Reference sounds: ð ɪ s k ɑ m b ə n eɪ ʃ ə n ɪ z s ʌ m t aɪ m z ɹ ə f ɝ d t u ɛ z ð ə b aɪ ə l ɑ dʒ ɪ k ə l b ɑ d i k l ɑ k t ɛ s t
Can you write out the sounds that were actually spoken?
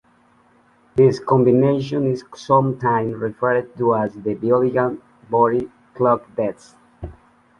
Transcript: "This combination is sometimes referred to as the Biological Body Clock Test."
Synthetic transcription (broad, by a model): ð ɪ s k ɑ m b ə n eɪ ʃ ə n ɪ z s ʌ m t aɪ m ɹ ə f ɝ d t u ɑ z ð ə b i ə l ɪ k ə n b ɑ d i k l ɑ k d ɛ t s